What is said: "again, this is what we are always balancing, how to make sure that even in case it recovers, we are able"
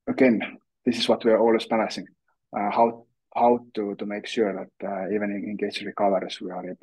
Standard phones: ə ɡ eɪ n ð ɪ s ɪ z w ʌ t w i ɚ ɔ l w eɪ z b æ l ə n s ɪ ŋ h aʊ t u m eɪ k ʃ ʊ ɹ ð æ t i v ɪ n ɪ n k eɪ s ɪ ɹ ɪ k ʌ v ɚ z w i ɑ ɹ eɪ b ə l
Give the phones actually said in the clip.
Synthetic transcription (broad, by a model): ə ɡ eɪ n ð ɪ s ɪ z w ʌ t w i ɚ ɔ l w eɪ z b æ n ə s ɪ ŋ h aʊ t u m eɪ k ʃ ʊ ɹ ð æ t i v ɪ n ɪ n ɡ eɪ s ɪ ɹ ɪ k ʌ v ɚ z w i ɑ ɹ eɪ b